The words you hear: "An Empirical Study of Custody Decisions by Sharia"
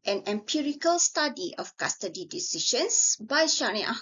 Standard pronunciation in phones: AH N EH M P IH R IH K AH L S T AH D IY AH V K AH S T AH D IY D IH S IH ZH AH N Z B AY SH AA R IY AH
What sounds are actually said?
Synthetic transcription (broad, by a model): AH N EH M P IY R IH K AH L S T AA D IY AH F K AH S T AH D IY D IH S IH SH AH N S B AY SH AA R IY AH